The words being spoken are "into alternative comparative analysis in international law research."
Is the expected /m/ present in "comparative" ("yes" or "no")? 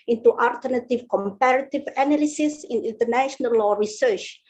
yes